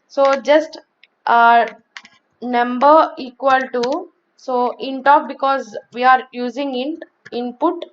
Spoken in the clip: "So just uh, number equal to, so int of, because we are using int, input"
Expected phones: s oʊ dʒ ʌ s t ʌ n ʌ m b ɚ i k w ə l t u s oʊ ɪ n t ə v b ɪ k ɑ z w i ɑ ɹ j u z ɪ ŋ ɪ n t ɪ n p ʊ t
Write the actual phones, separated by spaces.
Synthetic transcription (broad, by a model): s oʊ dʒ ʌ s t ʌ n ʌ m b ɚ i k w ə l t u s oʊ ɪ n t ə p b ɪ k ɑ z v i ɑ ɹ j u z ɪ ŋ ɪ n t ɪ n p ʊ t